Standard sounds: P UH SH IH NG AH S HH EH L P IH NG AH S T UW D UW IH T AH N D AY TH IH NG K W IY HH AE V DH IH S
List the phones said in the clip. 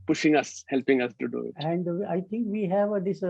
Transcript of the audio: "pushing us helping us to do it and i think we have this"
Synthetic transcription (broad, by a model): P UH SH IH NG AH S HH EH L P IH NG AH S T UW D UW IH T AH N D AY T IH NG K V IY HH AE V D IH S